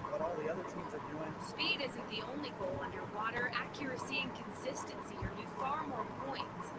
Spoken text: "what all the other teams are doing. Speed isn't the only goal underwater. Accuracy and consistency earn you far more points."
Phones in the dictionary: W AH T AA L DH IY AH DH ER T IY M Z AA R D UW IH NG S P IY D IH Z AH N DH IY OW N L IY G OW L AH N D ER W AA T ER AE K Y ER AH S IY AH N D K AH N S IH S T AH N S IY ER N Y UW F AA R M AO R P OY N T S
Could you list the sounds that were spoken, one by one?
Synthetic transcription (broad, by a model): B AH T AA L DH IY AH DH ER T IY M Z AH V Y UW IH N S P IY D IH Z AH N DH IY OW N L IY G OW L AH N D ER W AA T ER AE K Y ER AH S IY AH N K AH N S IH S T AH N S IY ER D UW F AA R M AO R P OY N T S